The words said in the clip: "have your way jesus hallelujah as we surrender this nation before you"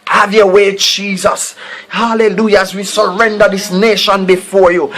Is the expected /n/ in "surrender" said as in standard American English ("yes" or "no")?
yes